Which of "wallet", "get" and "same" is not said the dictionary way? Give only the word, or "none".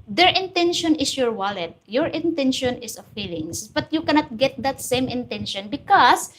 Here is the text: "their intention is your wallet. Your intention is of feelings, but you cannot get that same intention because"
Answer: none